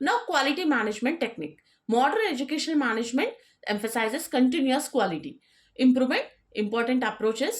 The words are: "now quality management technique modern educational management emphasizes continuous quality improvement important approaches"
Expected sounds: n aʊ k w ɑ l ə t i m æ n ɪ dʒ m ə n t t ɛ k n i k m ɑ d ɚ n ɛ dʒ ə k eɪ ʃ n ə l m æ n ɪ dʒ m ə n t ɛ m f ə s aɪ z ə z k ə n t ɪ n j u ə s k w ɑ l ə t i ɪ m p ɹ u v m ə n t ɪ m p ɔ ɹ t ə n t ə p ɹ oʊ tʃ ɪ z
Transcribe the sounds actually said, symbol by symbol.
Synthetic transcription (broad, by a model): n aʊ k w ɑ l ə t i m æ n ɪ dʒ m ə n t t ɛ k n i k m ɑ d ɚ n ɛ dʒ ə k eɪ ʃ ə n m æ n ɪ dʒ m ə n t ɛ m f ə s aɪ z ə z k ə n t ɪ n j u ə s k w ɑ l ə t i ɪ m p ɹ u v m ə n t ɪ m p ɔ ɹ t ə n t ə p ɹ oʊ tʃ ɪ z